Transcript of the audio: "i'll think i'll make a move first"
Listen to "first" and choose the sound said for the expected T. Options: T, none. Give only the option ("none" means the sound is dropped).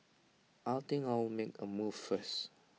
none